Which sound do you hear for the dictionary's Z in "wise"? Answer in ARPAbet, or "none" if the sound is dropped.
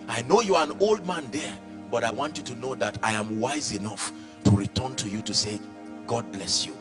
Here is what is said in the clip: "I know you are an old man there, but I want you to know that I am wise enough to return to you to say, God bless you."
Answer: Z